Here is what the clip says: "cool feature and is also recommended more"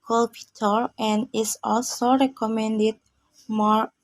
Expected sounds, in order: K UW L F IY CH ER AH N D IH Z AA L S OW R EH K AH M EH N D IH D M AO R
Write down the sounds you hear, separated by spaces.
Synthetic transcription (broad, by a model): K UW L P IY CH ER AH N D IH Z AA L S OW R EH K AH M EH N D IH D M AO R